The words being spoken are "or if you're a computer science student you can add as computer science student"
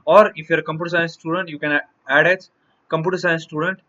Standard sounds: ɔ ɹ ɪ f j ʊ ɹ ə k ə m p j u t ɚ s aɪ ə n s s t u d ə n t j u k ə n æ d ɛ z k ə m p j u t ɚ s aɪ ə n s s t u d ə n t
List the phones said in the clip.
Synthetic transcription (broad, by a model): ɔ ɹ ɪ f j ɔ ɹ ə k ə m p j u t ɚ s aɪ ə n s s t u d ə n t j u k ə n æ d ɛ s k ə m p j u t ɚ s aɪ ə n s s t u d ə n t